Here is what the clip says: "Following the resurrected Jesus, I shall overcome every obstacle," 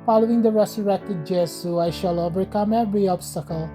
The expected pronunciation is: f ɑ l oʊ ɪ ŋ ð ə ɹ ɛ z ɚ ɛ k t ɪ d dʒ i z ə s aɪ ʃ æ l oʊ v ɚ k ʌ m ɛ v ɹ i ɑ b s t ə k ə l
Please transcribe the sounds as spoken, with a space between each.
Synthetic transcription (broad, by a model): f ɑ l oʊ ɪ ŋ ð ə ɹ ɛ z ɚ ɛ k t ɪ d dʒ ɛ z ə aɪ ʃ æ l oʊ v ɚ k ʌ m ɛ v ɹ i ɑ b s t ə k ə l